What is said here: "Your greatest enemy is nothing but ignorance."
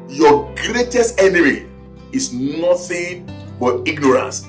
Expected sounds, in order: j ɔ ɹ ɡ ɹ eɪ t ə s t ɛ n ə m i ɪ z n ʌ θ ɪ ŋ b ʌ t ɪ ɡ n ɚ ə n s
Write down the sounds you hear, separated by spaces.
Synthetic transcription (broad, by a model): j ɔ ɡ ɹ eɪ t ə s t ɛ n ə m i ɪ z n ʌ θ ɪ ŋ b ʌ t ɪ ɡ n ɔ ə n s